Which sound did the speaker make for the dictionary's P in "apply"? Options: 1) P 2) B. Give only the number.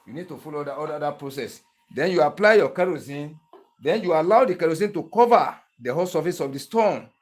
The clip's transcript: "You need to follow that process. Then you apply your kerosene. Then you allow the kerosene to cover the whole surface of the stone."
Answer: 1